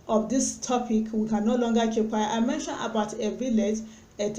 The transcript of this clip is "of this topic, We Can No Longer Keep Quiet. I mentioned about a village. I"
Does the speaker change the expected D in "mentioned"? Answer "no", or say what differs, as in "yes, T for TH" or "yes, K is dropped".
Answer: yes, D is dropped